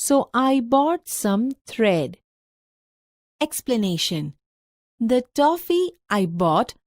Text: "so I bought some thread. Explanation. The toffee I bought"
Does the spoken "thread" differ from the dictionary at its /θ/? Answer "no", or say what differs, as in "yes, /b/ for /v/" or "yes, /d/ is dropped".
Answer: yes, /t/ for /θ/